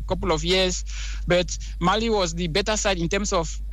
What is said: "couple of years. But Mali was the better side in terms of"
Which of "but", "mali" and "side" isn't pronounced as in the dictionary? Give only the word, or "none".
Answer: none